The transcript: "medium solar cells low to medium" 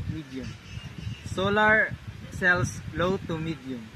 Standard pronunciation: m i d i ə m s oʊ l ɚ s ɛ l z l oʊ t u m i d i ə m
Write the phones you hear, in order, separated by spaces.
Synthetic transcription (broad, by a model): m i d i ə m s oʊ l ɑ s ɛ l s l oʊ t u m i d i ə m